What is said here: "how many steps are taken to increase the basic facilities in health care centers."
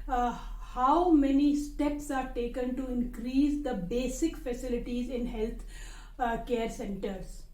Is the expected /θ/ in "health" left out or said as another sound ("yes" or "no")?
yes